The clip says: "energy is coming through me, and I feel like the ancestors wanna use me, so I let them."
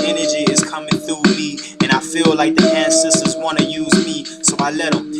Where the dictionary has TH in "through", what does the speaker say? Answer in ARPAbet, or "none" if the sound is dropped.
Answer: TH